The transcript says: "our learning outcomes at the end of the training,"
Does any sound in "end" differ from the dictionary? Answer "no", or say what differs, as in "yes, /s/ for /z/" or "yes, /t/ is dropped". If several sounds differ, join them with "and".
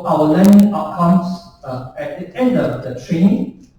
no